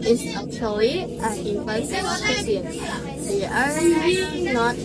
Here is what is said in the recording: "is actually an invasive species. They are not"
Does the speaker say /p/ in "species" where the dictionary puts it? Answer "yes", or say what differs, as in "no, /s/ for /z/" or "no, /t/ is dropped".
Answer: no, /p/ is dropped